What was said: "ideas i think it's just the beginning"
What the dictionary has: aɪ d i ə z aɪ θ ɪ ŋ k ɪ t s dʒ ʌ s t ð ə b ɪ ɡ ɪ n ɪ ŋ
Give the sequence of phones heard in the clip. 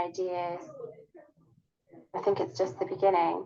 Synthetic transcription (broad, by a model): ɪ d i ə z aɪ θ ɪ ŋ k ɪ t s dʒ ʌ s t ð ə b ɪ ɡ ɪ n ɪ ŋ